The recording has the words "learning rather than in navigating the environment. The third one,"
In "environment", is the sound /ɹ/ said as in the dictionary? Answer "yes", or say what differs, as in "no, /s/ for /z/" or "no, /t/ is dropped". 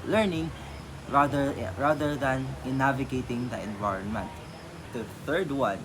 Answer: yes